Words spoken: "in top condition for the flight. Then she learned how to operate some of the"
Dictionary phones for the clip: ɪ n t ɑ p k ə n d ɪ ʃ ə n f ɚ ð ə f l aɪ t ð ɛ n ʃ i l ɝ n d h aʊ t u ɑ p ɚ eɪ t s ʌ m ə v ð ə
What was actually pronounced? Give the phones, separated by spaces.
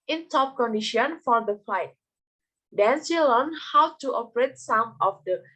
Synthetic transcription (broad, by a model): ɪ n t ɑ p k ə n d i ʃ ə n f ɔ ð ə f l aɪ t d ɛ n s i l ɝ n h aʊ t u ɑ p ɚ eɪ t s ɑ m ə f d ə